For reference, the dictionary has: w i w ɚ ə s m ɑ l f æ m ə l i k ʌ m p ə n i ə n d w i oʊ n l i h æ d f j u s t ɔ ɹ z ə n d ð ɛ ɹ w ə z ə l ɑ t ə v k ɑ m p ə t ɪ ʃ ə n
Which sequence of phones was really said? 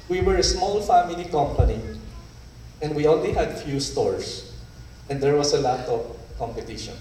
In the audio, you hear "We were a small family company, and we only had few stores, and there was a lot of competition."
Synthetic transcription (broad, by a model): w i w ɚ ə s m ɑ l f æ m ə l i k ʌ m p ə n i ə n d w i oʊ n l i h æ d f j u s t ɔ ɹ s ə n d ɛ ɹ w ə s ə l ɑ t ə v k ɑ m p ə t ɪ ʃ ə n